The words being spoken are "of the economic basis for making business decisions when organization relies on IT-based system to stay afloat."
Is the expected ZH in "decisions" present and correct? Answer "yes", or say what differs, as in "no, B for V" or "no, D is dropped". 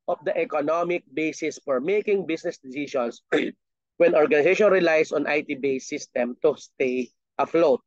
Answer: no, SH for ZH